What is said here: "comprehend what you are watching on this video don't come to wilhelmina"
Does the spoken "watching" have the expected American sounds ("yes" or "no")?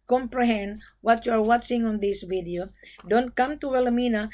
yes